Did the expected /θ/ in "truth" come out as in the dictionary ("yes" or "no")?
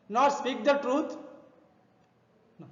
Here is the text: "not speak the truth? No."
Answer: no